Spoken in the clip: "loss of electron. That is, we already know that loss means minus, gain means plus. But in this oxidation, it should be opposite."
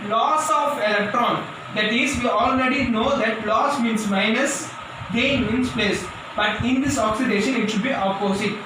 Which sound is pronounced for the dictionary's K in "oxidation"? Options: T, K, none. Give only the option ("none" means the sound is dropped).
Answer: K